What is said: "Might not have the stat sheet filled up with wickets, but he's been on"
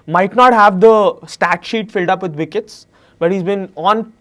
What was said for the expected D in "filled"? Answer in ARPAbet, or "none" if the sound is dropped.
D